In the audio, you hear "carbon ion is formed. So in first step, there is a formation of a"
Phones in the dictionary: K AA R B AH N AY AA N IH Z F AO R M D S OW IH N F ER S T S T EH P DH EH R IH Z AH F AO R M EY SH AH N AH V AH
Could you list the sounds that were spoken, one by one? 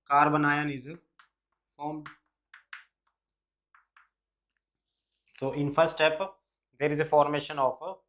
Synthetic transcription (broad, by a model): K AA R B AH N AY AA N IH Z F AO R M D S OW IH N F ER T S T EH P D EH R IH Z AH F AO R M EY SH AH N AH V